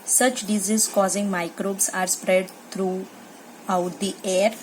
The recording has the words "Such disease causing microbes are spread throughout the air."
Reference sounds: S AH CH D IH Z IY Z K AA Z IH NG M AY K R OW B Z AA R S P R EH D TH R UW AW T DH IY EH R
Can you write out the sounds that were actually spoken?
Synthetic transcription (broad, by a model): S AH CH D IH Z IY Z K AA Z IH NG M AY K R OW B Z AA R S P R EH D T R UW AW T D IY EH R